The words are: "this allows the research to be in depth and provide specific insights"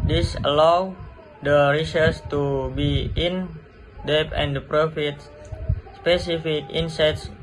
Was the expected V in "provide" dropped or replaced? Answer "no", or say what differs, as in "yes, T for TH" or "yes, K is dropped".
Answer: yes, F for V